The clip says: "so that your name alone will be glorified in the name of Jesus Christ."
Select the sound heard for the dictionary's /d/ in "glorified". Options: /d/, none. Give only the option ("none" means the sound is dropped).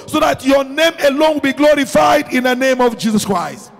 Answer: /d/